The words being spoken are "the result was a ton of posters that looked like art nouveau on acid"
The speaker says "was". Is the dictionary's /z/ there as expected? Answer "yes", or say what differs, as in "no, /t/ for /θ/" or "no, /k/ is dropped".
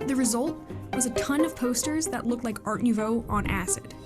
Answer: yes